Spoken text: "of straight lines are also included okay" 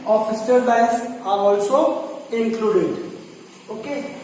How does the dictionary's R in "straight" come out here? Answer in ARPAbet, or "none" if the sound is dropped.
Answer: none